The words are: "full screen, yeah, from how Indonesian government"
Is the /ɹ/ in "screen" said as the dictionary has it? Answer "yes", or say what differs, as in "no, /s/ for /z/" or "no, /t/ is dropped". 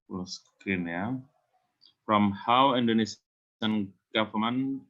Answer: no, /ɹ/ is dropped